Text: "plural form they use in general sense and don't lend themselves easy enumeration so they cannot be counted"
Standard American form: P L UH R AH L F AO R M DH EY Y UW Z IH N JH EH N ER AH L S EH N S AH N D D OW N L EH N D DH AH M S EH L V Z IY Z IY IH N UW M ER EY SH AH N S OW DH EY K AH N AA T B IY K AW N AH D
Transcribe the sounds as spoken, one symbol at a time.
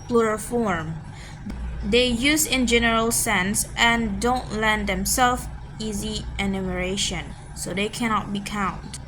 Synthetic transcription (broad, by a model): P L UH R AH F AO R M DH EY Y UW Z IH N JH EH N ER AH L S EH N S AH N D D OW N L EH N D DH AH M S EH L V IY Z IY IH N UW M ER EY SH AH N S OW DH EY K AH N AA T B IY K AW N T